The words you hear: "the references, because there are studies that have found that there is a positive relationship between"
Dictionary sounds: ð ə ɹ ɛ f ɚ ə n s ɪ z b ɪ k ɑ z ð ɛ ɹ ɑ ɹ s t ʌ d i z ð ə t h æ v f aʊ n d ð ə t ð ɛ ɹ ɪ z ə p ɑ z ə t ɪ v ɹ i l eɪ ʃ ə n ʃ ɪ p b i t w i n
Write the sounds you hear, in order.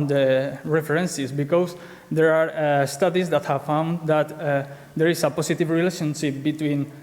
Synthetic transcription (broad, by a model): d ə ɹ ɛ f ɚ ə n s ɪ s b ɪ k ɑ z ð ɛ ɹ ɑ ɹ s t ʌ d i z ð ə t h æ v f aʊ n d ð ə t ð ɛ ɹ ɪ s ə p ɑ s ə t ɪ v ɹ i l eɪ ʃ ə n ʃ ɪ p b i t w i n